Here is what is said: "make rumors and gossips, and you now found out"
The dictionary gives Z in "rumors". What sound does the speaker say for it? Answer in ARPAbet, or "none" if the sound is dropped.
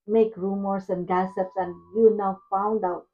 S